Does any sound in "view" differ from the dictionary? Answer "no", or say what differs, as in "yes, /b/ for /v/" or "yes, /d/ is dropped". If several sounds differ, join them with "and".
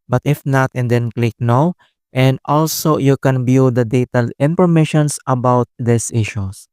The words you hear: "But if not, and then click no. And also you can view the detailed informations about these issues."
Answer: yes, /b/ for /v/